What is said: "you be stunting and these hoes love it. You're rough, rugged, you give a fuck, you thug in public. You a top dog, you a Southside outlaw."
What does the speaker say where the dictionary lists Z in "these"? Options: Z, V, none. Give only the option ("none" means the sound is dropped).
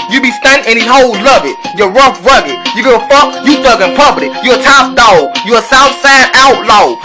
none